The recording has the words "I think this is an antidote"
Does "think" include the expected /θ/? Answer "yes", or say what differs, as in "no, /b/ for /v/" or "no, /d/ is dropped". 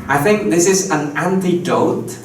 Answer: yes